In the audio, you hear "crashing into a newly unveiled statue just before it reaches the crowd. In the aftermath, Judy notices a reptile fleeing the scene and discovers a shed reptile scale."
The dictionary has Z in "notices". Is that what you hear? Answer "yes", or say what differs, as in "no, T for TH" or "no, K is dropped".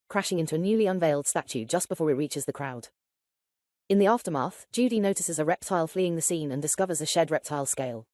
yes